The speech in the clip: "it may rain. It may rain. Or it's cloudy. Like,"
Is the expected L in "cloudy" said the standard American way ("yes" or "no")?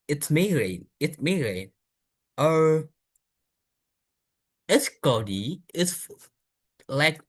no